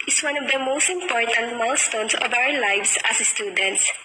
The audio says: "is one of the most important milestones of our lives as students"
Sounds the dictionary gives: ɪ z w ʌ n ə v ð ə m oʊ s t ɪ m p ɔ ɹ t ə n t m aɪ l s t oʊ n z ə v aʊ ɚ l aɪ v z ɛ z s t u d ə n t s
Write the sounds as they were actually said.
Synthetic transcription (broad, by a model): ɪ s w ʌ n ə v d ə m oʊ s t ɪ m p ɔ ɹ t ə n t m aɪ l s t oʊ n s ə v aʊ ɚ l aɪ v s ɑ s s t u d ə n t s